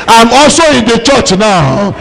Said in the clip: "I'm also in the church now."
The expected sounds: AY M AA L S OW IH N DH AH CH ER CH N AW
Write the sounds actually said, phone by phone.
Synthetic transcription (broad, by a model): AY M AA S OW IH N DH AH CH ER CH N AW